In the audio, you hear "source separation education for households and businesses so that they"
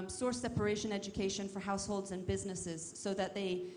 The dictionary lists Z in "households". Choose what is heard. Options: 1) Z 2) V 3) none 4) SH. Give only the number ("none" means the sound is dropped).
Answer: 1